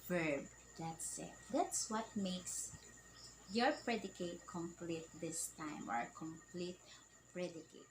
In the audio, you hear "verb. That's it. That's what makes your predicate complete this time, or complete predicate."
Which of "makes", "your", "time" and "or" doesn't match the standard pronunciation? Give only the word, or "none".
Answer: none